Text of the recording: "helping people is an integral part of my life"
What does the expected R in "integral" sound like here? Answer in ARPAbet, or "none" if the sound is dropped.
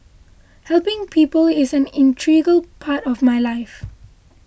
none